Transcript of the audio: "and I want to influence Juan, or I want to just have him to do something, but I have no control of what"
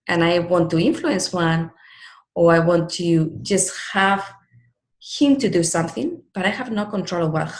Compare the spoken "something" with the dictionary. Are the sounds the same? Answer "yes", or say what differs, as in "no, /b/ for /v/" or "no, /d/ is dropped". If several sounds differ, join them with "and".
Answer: yes